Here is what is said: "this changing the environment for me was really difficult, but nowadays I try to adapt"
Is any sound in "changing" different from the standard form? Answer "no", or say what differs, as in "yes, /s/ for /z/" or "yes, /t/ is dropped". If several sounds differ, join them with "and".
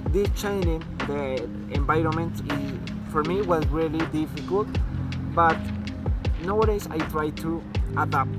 yes, /dʒ/ is dropped